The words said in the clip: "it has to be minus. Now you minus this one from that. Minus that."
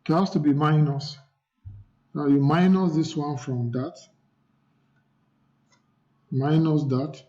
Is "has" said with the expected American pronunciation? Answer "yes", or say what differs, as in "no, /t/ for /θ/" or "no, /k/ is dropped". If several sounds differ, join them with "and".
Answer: no, /s/ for /z/